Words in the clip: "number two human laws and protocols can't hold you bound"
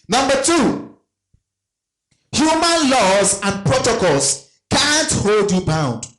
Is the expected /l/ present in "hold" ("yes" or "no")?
yes